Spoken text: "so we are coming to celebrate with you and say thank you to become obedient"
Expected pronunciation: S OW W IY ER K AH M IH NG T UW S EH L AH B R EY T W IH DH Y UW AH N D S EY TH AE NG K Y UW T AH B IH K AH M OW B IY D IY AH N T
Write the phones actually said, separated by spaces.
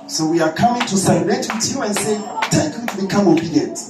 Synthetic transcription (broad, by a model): S OW W IY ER K AH M IH NG T UW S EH AH R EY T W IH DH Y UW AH N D S EY T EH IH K Y UW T B IH K AH M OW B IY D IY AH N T